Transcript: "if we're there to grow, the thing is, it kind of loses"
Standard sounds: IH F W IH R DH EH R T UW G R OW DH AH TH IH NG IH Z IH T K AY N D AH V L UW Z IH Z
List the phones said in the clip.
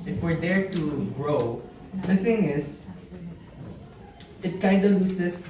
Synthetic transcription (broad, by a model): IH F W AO R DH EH R T UW G R OW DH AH TH IH NG IH S IH T K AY D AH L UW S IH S